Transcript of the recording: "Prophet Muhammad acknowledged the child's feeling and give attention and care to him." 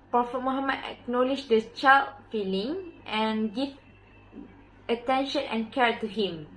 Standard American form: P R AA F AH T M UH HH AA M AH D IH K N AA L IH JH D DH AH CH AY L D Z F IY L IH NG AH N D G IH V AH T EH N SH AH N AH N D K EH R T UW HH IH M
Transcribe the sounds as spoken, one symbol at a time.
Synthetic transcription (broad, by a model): P R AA F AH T M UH HH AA M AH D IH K N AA L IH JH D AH CH AY L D F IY L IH NG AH N G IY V AH T EH N SH AH N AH N K EH R T UW HH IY M